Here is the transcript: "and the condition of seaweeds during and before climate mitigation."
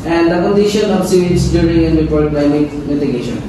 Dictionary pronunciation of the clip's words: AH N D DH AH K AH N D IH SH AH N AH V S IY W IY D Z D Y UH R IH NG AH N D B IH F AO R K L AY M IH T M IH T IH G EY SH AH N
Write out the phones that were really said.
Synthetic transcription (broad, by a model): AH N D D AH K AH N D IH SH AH N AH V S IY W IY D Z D Y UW R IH NG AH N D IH P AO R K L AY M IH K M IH T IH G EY SH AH N